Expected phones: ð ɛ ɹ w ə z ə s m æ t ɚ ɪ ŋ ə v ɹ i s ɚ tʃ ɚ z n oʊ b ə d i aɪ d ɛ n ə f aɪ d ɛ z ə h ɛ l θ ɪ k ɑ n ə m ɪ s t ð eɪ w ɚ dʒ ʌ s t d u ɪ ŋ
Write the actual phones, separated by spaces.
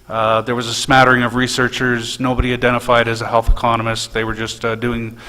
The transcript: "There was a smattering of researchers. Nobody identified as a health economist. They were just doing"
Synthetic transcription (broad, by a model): ð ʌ ɹ w ə z ə s m æ t ɚ ɪ ŋ ə v ɹ i s ɚ tʃ ɚ z n oʊ b ə d i aɪ d ɛ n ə f aɪ d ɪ z ə h ɛ l θ ɪ k ɑ n ə m ɪ s t ð eɪ w ɚ dʒ ʌ s t d u ɪ ŋ